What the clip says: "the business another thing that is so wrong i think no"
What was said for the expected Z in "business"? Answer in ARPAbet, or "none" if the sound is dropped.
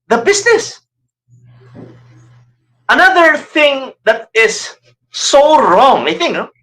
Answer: S